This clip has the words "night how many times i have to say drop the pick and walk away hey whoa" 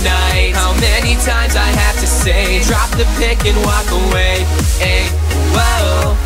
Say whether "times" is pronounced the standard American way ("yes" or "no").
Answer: yes